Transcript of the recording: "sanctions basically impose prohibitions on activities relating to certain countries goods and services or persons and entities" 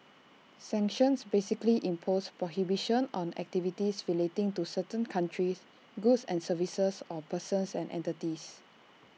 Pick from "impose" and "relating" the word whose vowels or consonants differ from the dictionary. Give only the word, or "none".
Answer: impose